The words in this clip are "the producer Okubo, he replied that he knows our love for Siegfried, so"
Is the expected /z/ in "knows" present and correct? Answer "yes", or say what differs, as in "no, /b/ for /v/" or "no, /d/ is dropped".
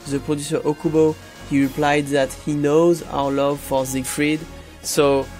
yes